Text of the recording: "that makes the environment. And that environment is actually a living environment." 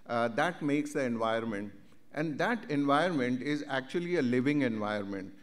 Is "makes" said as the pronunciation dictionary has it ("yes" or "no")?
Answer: yes